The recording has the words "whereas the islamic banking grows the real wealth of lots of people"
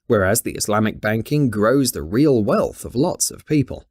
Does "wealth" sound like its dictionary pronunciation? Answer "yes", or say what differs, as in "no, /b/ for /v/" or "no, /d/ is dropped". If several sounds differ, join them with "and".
yes